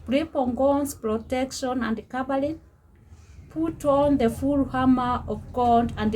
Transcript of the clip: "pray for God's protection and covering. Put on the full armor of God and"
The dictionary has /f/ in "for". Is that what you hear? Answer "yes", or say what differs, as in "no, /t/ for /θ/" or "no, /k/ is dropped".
no, /p/ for /f/